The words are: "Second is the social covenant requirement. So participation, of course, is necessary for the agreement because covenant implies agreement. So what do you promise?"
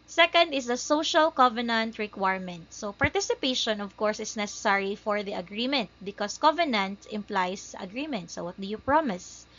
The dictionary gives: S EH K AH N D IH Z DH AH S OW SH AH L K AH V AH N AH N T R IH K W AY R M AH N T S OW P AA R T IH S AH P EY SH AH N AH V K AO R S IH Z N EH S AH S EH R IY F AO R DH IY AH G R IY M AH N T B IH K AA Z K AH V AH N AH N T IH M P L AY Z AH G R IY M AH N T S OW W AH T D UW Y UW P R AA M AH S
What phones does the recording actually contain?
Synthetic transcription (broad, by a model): S EH K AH N D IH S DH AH S OW SH AH L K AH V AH N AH N T R IH K W AY R M AH N T S OW P AA R T IH S AH P EY SH AH N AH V K AO R S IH S N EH S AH S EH R IY F AO R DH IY AH G R IY M AH N T B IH K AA S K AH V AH N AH N T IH M P L AY S AH G R IY M AH N T S OW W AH T D UW Y UW P R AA M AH S